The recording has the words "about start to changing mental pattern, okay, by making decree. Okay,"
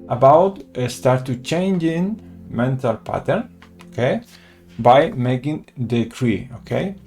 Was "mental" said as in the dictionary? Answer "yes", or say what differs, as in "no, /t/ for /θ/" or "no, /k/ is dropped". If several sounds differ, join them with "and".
yes